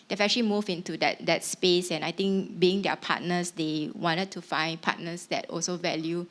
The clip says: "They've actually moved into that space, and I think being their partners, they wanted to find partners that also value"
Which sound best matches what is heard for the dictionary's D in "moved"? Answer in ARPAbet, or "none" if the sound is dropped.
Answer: none